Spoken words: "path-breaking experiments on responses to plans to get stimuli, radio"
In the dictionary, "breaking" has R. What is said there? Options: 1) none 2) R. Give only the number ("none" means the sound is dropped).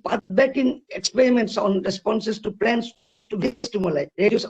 1